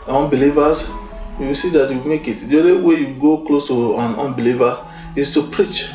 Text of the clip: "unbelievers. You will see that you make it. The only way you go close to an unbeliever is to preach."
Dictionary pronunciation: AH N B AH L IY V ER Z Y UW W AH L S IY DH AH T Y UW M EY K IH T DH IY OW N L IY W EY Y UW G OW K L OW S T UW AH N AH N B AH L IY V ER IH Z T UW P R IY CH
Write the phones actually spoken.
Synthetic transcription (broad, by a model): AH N B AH L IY V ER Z Y UW W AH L S IY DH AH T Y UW M EY K IH T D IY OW L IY W EY Y UW G OW K L OW S T UW AH N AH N B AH L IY V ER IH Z T UW P R IY CH